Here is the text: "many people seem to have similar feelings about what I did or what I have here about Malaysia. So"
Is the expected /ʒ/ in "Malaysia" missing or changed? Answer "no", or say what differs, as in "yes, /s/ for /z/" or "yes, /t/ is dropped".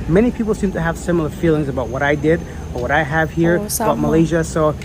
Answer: no